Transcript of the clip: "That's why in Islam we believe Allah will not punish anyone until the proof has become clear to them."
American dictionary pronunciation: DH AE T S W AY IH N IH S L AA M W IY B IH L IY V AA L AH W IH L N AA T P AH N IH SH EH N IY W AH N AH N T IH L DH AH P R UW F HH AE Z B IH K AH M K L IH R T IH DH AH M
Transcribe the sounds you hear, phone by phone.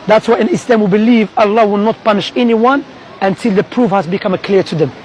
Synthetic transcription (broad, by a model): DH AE T S W AY IH N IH S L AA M W IY B IH L IY V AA L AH W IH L N AA T P AH N IH SH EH N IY W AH N AH N T IH L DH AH P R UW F HH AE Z B IH K AH M K L IH R T IH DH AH M